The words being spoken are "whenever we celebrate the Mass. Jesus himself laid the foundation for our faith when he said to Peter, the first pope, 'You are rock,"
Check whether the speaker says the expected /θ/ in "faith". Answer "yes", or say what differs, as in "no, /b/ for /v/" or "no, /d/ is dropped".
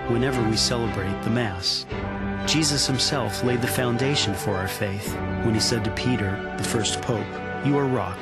yes